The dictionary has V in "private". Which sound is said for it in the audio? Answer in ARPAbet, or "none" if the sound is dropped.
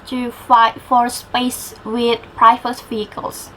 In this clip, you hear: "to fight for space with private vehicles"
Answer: F